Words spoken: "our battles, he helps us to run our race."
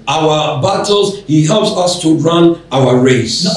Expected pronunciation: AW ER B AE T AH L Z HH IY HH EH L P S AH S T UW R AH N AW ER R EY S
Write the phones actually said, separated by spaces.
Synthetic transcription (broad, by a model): AW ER B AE T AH L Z HH IY HH EH L P S AH S T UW R AH N AW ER R EY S